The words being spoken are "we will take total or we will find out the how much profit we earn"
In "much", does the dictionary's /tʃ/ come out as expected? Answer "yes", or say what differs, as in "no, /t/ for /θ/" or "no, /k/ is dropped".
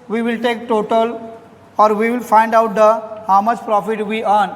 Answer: no, /s/ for /tʃ/